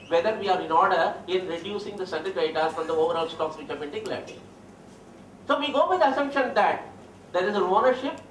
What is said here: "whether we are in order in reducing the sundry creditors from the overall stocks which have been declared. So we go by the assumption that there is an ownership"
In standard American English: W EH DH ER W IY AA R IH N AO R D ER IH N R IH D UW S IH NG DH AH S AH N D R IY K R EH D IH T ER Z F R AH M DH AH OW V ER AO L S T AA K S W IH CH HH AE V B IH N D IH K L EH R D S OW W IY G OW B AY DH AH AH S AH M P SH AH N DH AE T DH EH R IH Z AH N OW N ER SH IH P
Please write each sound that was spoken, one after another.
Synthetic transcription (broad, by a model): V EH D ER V IY AA R IH N AO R D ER IH N R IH D UW S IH NG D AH S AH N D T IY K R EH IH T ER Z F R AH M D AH OW V ER AO L S T AA K S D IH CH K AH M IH N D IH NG L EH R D S OW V IY G OW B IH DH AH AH S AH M SH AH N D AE T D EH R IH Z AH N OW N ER SH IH P